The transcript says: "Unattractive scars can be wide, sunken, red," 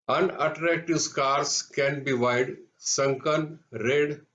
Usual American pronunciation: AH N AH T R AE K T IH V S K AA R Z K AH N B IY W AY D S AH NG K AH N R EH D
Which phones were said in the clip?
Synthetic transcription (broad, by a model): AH N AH T R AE K T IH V S K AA R S K AH N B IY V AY D S AH NG K AH N R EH D